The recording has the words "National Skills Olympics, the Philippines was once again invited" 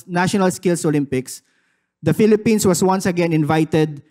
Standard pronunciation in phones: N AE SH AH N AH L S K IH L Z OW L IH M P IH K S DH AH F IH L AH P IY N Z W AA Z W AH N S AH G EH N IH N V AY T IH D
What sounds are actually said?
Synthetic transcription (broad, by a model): N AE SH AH N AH L S K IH L S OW L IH M P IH K S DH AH F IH L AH P IY N S W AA S W AH N S AH G EH N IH N V AY T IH D